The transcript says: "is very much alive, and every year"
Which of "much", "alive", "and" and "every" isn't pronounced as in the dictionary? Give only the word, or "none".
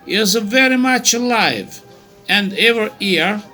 every